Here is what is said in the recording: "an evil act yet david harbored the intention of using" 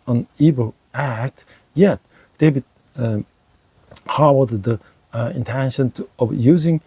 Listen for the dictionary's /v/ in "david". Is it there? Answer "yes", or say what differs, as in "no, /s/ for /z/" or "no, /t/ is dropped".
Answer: no, /b/ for /v/